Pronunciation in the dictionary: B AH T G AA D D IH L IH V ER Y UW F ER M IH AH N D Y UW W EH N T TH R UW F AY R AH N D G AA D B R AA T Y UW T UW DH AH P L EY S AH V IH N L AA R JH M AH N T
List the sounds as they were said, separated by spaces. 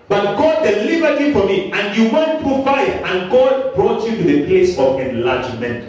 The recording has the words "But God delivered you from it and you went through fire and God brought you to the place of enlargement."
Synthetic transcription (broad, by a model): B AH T G AA D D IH L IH B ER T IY F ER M IH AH N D Y UW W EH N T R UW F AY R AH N G AA D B R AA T Y UW T UW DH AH P L EY S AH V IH N L AA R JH M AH N T